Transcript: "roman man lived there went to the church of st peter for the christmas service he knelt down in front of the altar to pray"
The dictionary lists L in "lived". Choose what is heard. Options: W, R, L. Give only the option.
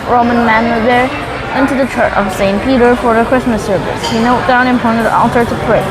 W